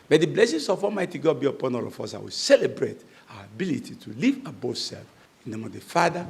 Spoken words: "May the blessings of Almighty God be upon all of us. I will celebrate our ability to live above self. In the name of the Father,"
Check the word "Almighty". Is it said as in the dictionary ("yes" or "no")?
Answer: no